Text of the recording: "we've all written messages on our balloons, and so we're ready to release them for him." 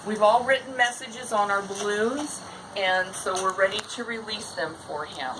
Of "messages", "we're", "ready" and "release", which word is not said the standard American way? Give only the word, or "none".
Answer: none